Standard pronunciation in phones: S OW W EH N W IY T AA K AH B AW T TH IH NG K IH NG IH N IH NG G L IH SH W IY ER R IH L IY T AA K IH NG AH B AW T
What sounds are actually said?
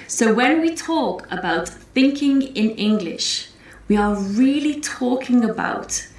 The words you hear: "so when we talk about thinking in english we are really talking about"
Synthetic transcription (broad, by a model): S OW W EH N W IY T AA K AH B AW T TH IH NG K IH NG IH N IH NG G L IH SH W IY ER R IH L IY T AA K IH NG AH B AW T